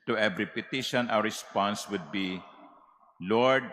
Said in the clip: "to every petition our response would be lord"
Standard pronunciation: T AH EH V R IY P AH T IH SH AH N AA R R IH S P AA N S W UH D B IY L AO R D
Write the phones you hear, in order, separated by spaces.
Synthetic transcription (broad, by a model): T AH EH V R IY P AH T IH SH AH N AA W R IH S P AA N S W UH D B IY L AO R D